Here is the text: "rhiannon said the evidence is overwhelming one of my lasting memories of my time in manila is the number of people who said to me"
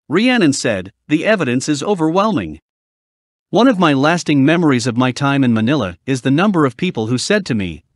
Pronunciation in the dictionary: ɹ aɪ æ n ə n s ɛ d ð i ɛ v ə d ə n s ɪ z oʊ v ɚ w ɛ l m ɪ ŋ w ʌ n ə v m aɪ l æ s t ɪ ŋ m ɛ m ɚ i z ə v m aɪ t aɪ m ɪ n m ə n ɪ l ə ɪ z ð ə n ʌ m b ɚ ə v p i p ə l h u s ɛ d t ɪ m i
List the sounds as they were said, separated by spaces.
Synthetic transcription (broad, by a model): ɹ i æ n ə n s ɛ d ð i ɛ v ə d ə n s ɪ z oʊ v ɚ w ɛ l m ɪ ŋ w ʌ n ə v m aɪ l æ s t ɪ ŋ m ɛ m ɚ i z ə v m aɪ t aɪ m ɪ n m ə n ɪ l ə ɪ z ð ə n ʌ m b ɚ ə v p i p l h u s ɛ d t ɪ m i